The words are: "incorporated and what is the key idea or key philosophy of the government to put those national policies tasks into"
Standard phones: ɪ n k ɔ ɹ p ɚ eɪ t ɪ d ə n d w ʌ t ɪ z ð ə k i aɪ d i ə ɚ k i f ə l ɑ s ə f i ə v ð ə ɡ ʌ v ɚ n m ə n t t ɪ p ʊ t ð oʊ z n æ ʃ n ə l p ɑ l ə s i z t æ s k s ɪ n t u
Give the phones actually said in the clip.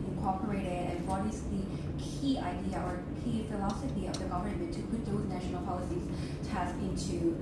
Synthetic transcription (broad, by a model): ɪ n k ɔ ɹ p ɚ eɪ t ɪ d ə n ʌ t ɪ s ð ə k i aɪ d i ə ɚ k i f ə l ɑ s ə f i ə v ð ə ɡ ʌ v ɚ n m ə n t t ɪ p ʊ t ð oʊ z n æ ʃ n l p ɑ l ə s i z t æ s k ɪ n t u